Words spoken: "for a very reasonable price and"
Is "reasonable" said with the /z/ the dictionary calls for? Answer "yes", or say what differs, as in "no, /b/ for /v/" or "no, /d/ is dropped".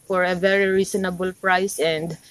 no, /s/ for /z/